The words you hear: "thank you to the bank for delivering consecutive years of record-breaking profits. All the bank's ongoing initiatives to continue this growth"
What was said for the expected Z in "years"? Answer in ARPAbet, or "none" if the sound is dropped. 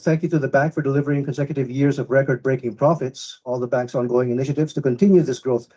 Z